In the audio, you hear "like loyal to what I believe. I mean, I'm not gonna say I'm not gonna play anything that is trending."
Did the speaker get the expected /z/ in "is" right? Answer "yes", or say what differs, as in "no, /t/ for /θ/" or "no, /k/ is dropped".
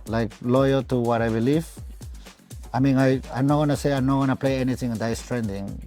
no, /s/ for /z/